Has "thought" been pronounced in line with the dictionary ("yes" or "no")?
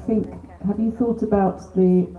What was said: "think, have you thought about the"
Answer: yes